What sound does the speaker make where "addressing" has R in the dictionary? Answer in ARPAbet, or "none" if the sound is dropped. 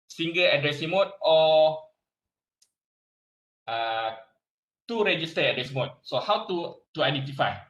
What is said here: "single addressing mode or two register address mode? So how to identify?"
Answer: R